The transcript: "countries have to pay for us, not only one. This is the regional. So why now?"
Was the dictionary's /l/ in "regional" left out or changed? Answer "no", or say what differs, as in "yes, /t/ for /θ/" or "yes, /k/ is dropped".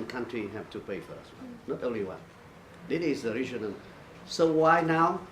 yes, /n/ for /l/